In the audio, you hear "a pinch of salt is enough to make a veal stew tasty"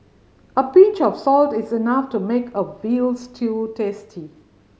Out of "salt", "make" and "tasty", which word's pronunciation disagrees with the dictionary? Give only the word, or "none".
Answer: none